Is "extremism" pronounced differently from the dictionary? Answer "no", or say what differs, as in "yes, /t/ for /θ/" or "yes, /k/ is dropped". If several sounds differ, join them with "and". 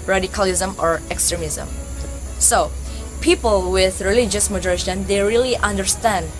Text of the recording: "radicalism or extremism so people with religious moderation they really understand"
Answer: no